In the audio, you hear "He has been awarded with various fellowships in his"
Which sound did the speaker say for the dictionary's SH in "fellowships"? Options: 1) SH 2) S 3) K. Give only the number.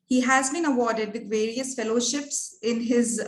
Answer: 1